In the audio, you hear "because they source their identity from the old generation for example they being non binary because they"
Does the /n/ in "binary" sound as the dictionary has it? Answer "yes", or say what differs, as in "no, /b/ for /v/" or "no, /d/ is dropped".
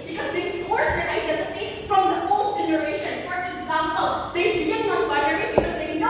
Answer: no, /n/ is dropped